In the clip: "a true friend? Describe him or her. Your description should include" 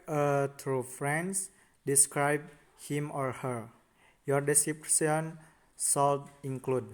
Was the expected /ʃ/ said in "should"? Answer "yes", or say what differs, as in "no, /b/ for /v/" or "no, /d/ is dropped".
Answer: no, /s/ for /ʃ/